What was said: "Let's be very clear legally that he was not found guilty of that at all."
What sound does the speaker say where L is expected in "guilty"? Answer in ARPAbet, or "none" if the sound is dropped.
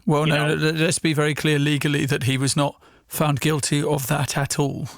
L